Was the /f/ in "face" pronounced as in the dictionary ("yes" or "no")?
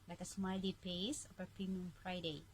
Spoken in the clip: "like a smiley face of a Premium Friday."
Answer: no